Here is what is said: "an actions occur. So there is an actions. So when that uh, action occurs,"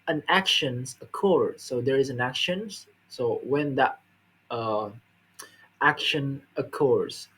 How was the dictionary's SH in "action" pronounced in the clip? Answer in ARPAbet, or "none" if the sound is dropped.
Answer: SH